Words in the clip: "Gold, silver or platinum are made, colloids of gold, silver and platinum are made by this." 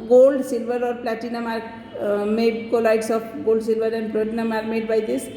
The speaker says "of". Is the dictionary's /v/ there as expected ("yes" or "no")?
no